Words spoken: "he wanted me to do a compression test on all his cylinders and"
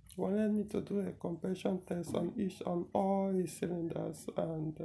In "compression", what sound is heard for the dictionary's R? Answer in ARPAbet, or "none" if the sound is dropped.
none